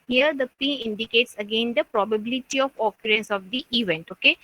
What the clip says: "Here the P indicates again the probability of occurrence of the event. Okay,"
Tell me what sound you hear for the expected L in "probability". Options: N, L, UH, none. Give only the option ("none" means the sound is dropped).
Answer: L